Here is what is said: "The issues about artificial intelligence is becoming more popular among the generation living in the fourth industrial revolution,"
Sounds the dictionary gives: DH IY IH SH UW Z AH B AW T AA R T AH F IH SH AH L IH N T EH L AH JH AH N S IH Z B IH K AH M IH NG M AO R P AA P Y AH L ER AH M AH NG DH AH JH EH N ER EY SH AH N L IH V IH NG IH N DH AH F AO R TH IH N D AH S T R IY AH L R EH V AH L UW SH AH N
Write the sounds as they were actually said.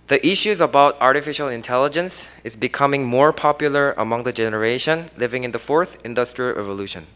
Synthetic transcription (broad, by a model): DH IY IH SH UW Z AH B AW T AA R T AH F IH SH AH L IH N T EH L AH JH AH N S IH Z B IH K AH M IH NG M AO R P AA P Y AH L ER AH M AH NG DH AH JH EH N ER EY SH AH N L IH V IH NG IH N DH AH F AO R TH IH N D AH S T R IY AH L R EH V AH L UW SH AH N